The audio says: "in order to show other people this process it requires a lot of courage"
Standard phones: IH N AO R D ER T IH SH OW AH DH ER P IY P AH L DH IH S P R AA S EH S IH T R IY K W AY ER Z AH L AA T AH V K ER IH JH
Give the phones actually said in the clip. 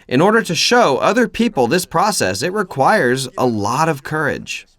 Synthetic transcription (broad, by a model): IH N AO R D ER T IH SH OW AH DH ER P IY P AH L DH IH S P R AA S EH S IH T R IY K W AY ER Z AH L AA T AH V K ER IH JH